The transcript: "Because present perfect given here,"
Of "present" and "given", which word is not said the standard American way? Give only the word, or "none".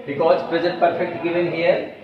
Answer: present